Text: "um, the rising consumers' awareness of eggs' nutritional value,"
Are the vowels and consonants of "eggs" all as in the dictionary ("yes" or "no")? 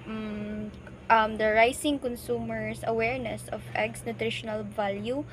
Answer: no